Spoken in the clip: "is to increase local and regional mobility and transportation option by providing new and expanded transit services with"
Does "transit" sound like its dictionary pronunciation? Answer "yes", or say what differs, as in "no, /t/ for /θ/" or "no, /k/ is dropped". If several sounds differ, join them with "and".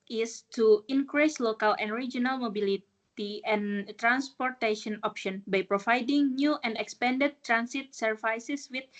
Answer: no, /s/ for /z/